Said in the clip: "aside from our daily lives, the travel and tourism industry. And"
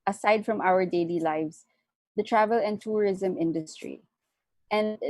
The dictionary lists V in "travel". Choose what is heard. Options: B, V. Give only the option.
V